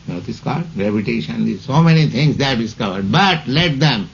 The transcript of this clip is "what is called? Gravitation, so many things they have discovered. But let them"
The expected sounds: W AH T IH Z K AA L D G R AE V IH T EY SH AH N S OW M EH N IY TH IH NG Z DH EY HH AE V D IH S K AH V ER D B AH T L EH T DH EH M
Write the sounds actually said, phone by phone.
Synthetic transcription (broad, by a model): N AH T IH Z K AA L D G R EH P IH T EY SH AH N S OW M EH N IY T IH NG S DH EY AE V D IH S K AH V ER D B AH T L EH T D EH M